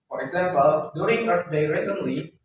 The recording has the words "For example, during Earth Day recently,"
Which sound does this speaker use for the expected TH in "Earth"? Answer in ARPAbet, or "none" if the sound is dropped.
T